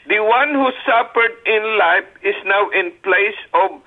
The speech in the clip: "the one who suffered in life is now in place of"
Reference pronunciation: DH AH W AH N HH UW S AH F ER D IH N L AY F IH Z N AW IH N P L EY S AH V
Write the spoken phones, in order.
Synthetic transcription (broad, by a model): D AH W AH N HH UW S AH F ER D IH N L AY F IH S N AW IH N P L EY S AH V